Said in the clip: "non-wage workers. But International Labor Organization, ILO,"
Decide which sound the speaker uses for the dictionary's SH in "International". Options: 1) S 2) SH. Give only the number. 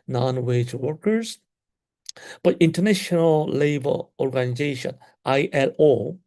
2